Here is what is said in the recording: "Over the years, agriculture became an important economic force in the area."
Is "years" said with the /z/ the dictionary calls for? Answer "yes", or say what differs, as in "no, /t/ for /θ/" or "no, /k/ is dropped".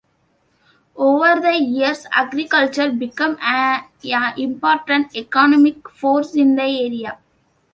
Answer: no, /s/ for /z/